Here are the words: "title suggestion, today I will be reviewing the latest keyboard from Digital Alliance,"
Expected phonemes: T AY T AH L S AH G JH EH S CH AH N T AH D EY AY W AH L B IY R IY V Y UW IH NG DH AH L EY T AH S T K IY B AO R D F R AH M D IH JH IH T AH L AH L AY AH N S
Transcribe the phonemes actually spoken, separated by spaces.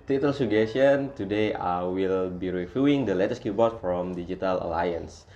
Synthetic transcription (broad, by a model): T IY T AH L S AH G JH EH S AH N T AH D EY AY W AH L B IY R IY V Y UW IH NG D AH L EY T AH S K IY B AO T F R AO M D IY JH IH T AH L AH L AY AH N S